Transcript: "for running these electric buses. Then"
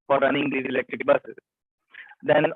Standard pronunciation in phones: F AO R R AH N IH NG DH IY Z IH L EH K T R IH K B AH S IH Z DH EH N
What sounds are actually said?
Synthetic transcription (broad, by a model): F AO R R AH N IH NG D IY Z IH L EH K T R IH K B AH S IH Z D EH N